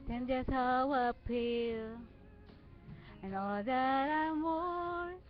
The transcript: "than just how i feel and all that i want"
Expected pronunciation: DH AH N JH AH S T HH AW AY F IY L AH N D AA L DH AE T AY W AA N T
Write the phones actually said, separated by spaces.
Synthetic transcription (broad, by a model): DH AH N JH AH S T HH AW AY P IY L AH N AA L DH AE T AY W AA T